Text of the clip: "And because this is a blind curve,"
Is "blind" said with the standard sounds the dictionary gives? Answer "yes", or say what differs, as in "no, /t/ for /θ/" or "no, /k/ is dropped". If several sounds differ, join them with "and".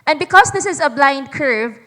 yes